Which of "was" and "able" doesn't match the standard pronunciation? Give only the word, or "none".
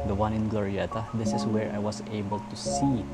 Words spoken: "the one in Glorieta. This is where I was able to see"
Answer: was